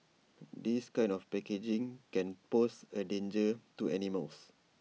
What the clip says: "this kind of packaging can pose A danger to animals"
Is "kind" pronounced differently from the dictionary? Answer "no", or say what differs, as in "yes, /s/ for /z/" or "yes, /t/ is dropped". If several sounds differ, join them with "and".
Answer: yes, /d/ is dropped